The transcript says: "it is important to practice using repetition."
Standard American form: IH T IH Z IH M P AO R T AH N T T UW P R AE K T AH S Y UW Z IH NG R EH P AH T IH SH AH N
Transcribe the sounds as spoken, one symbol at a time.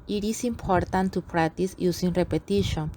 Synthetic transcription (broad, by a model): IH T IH S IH M P AO R T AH N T T UW P R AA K T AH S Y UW S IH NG R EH P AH T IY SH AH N